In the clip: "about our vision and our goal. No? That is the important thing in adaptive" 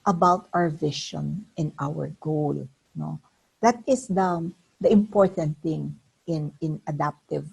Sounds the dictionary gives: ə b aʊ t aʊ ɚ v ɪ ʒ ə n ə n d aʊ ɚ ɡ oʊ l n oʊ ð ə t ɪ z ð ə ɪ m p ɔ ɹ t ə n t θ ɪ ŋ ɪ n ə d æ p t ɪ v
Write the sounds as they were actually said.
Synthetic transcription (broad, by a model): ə b aʊ t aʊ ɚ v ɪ ʃ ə n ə n aʊ ɚ ɡ oʊ l n oʊ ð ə t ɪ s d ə ɪ m p ɔ ɹ t ə n t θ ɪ ŋ ɪ n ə d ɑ p t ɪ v